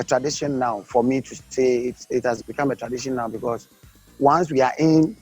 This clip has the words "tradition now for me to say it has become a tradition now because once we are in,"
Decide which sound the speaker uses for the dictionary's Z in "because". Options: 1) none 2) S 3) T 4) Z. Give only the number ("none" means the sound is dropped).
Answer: 2